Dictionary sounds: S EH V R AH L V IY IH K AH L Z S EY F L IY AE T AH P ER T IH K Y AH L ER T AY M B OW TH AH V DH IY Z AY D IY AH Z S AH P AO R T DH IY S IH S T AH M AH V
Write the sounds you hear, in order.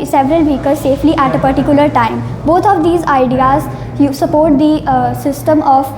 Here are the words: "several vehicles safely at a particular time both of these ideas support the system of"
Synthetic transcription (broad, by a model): S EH V R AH L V IY K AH Z S EY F L IY AE T AH P ER T IH K Y AH L ER T AY M B OW T AH V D IY Z AY D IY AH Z S AH P AO R T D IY S IH S T AH M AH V